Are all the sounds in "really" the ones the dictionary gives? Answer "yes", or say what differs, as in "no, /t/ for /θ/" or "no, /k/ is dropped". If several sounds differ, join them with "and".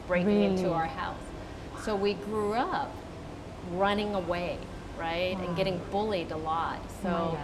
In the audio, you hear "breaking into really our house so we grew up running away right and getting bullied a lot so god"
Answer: no, /l/ is dropped